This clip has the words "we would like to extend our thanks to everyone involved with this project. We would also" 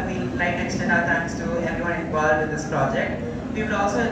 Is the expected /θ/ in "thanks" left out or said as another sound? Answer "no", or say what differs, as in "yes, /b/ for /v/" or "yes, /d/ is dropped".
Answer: yes, /t/ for /θ/